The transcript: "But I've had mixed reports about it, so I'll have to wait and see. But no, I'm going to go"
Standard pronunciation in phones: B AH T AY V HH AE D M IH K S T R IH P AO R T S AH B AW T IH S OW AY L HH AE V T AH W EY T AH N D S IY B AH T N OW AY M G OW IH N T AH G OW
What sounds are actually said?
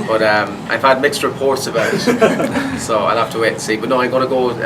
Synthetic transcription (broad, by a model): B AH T AY V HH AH D M IH K S T R IH P AO R T S AH B AW T S OW AY L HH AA F T AH W EY T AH S IY B AH T N OW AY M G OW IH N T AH G OW